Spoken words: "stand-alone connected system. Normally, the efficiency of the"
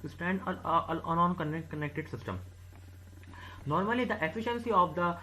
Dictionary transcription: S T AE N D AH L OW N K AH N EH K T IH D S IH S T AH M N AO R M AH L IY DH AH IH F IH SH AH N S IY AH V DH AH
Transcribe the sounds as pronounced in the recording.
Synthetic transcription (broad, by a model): S T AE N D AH N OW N K AH N EH K T IH D S IH S T AH M N AO R M AH L IY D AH IH F IH SH AH N S IY AH V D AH